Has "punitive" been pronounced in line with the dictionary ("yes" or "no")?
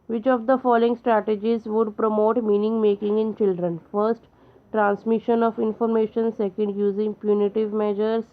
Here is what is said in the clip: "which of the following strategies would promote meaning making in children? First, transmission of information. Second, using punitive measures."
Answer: yes